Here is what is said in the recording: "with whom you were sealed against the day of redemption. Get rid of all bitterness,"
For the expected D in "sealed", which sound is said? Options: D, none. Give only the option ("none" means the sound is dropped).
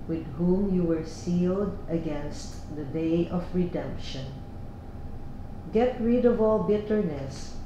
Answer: D